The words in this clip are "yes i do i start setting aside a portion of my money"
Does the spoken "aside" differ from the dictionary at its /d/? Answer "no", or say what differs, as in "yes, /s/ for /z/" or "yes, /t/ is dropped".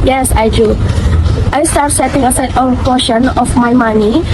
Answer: yes, /d/ is dropped